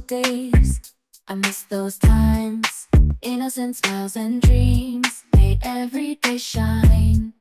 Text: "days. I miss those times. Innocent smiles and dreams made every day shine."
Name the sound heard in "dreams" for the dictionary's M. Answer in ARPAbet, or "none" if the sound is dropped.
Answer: M